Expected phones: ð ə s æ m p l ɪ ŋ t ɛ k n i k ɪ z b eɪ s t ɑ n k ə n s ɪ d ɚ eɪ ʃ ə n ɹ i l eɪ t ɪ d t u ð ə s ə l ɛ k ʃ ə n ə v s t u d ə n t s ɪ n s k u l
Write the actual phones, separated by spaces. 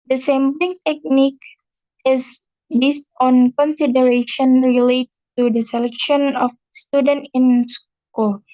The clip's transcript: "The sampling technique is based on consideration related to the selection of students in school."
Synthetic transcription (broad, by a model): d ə s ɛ m b l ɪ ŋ t ɛ k n i k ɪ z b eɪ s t ɑ n k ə n s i d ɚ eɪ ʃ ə n ɹ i l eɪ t t u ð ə s ə l ɛ k ʃ ə n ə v s t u d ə n t ɪ n s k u l